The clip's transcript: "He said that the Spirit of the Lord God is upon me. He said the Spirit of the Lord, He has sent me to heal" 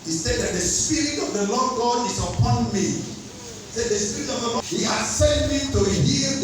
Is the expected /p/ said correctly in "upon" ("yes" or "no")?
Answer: yes